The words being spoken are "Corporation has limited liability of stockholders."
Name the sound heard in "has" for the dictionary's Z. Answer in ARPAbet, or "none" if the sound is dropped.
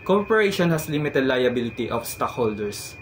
S